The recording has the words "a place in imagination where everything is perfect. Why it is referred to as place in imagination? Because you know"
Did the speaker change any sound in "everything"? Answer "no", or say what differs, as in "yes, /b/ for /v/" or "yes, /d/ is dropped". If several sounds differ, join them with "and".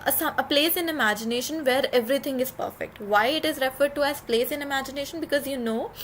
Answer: yes, /t/ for /θ/